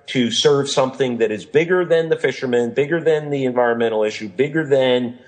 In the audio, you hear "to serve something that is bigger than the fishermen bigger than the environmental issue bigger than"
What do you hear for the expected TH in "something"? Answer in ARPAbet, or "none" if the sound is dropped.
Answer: TH